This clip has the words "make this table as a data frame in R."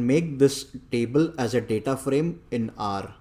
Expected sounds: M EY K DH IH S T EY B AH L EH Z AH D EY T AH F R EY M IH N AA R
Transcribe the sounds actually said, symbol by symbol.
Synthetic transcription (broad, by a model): M EY K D IH S T EY B AH L EH Z AH D EY T AH F R EY M IH N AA R